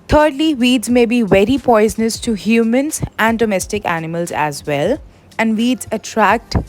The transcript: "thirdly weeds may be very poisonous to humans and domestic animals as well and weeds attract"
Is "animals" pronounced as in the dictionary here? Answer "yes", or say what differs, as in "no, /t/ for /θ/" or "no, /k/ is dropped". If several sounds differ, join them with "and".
yes